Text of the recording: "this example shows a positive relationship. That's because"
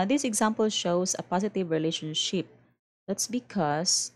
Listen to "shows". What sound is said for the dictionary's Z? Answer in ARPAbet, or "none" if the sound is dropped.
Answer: S